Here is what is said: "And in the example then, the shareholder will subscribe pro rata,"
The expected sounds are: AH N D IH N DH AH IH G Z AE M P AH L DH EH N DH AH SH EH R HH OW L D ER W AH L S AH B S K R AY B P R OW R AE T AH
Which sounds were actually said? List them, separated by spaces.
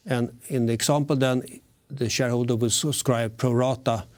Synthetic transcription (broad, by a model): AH N IH N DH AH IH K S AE M P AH L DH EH N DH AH SH EH R HH OW L D ER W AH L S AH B S K R AY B P R OW R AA T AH